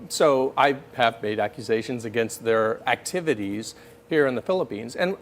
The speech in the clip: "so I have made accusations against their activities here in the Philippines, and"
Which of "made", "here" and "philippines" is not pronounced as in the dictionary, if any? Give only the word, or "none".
none